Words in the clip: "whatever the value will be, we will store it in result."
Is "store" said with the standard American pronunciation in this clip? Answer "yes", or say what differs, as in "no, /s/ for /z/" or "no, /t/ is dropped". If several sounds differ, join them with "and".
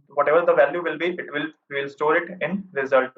yes